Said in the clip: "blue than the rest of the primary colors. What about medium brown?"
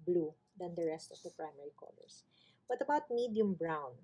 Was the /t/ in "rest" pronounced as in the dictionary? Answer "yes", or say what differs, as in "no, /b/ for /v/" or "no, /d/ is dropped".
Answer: yes